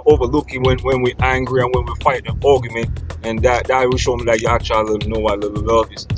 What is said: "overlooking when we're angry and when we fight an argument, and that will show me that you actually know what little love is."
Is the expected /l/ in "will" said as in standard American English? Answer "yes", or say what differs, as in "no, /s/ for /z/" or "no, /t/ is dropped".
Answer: no, /w/ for /l/